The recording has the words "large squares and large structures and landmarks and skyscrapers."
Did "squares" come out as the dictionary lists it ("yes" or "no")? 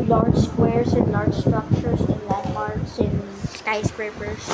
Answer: no